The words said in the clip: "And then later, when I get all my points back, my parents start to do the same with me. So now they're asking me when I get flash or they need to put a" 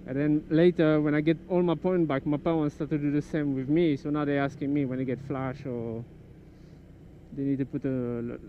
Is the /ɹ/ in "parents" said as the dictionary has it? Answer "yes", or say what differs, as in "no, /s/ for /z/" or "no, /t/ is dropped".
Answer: no, /w/ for /ɹ/